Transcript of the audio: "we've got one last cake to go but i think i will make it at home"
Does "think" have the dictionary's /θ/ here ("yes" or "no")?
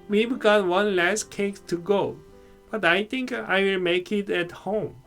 no